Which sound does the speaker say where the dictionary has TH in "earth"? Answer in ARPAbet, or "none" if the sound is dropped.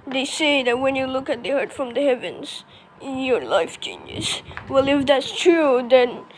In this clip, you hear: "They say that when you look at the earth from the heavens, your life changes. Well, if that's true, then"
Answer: T